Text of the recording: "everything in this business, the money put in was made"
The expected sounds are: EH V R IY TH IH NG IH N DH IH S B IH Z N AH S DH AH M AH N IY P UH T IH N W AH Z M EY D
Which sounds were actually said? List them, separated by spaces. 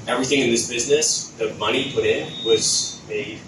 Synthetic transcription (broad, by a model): EH V R IY TH IH NG IH N DH IH S B IH Z N AH S DH AH M AH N IY P UH T IH N W AH Z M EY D